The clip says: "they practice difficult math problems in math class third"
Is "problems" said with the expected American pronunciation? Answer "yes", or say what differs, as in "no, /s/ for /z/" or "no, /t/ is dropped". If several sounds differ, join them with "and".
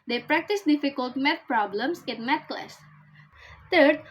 no, /s/ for /z/